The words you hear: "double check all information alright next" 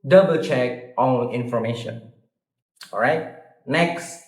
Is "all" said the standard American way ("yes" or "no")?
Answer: no